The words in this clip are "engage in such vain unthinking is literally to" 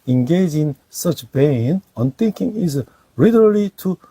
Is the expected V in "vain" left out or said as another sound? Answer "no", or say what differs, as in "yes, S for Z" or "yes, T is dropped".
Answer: yes, B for V